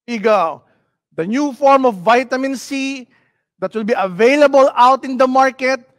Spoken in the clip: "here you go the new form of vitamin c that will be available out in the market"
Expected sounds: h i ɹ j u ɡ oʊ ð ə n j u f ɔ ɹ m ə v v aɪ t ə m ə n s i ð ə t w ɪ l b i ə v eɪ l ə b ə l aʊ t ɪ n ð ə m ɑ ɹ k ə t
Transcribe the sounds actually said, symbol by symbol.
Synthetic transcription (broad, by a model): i ɡ oʊ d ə n j u f ɔ ɹ m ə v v aɪ t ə m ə n s i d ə t w ɪ l b i ə v eɪ l ə b ə l aʊ t ɪ n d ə m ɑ ɹ k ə t